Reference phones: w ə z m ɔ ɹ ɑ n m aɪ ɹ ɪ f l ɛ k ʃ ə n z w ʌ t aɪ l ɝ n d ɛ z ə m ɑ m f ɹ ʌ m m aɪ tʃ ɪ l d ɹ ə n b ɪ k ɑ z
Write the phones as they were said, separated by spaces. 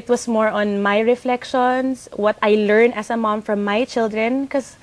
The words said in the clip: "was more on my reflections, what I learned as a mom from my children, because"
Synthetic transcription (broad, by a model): w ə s m ɔ ɹ ɑ n m aɪ ɹ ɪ f l ɛ k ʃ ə n s w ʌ t aɪ l ɝ n ɛ s ə m ɑ m f ɹ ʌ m m aɪ tʃ ɪ l d ɹ ə n k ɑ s